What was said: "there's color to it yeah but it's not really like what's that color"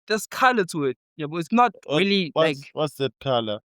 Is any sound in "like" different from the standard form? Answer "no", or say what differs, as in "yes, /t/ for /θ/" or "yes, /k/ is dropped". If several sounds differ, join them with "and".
yes, /w/ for /l/